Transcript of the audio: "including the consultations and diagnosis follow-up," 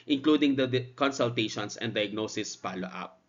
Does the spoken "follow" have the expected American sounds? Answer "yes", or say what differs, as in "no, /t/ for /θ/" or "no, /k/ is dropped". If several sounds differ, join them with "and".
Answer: no, /p/ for /f/